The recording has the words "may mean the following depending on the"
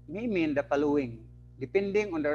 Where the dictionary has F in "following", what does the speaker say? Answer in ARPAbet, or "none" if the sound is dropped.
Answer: P